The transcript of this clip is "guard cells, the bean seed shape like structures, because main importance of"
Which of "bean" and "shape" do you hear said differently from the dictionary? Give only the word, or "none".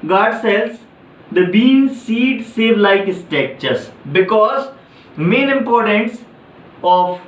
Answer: shape